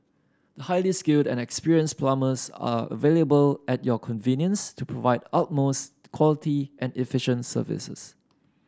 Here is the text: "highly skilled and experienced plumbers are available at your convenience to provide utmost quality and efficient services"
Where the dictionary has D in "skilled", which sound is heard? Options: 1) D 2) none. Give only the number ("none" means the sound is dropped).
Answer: 1